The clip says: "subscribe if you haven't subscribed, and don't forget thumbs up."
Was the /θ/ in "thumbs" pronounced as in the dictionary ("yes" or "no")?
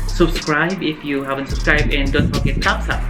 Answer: no